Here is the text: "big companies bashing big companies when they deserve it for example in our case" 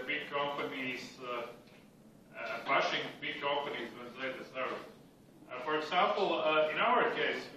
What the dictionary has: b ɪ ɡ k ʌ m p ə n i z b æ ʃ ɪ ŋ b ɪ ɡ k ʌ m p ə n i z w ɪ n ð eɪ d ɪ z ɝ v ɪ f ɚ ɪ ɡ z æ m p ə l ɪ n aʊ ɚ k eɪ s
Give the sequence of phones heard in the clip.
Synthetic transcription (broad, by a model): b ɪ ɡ k ʌ m p ə n i z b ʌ ʃ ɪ ŋ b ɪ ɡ k ʌ m p ə n i z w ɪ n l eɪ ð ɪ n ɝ ɪ f ɚ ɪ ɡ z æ m p l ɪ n aʊ ɚ k eɪ s